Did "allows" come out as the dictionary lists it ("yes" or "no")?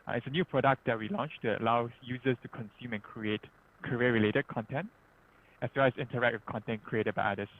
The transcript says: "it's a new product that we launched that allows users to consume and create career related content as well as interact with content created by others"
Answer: no